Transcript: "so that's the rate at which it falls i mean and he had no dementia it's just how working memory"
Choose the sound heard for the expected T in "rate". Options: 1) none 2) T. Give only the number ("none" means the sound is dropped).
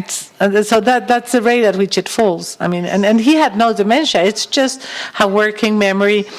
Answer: 2